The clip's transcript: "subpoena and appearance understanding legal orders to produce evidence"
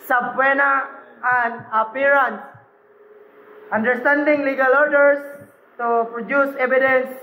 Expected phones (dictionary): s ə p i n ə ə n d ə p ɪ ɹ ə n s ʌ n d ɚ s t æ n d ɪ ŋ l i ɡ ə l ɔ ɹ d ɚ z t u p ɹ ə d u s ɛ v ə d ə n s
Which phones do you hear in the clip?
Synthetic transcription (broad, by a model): s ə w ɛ n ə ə n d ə p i ɹ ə n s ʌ n d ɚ s t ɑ n d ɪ ŋ l i ɡ ə l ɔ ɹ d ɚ s t u p ɹ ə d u s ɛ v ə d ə n s